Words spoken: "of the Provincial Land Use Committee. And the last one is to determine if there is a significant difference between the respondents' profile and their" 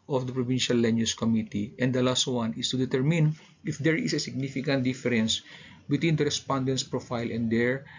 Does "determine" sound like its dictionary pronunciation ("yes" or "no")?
yes